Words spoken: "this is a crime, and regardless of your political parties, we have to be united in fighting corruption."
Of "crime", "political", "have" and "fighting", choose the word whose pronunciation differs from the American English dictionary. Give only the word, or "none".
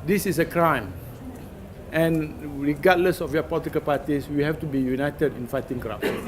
have